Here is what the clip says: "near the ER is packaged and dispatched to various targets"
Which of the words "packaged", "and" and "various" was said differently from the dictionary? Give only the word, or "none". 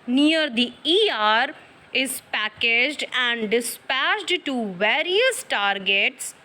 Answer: none